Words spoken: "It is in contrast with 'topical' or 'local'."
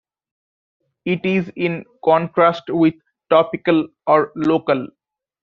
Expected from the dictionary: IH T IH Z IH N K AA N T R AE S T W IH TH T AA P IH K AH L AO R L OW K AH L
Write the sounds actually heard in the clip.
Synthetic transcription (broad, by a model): IH T IH Z IH N K AA N T R AE S T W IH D T AA P IH K AH L AO R L OW K AH L